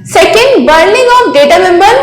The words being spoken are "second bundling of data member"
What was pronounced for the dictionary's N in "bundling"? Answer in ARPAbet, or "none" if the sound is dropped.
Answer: none